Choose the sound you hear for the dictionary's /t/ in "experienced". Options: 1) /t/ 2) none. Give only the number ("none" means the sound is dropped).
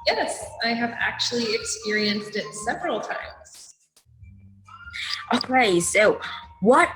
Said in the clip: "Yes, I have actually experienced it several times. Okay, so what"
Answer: 1